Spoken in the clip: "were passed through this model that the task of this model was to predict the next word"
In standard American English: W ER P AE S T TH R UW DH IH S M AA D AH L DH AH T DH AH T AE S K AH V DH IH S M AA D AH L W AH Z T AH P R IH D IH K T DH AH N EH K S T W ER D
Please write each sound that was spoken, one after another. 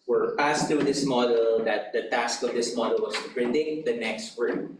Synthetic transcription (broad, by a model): W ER P AE S T R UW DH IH S M AA D AH L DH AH T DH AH T AE S K AH V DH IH S M AA D AH L W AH S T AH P R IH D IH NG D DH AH N EH K S T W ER